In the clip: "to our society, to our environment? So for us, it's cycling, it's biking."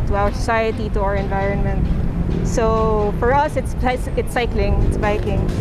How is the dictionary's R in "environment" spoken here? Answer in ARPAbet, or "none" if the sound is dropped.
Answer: R